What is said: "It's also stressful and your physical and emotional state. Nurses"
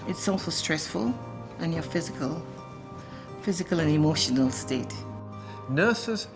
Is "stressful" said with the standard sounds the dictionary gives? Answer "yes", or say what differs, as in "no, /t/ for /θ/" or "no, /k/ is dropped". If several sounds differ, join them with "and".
yes